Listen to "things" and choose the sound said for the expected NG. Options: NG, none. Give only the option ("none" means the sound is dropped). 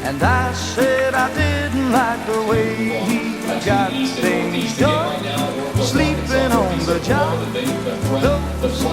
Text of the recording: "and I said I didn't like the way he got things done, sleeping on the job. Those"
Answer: none